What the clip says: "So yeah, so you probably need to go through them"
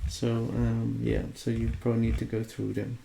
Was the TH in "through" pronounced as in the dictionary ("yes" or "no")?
yes